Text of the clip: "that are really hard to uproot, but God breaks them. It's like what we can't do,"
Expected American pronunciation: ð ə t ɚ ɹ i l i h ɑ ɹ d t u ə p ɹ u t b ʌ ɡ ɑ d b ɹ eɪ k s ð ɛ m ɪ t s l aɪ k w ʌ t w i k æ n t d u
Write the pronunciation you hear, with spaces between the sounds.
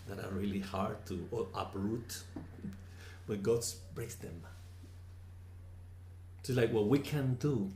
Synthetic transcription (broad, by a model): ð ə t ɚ ɹ i l i h ɑ ɹ d t u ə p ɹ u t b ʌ ɡ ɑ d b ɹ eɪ s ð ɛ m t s l aɪ k w ʌ t w i k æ n d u